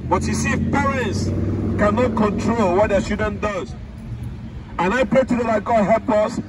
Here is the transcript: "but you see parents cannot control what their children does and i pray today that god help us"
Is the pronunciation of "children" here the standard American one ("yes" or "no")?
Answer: no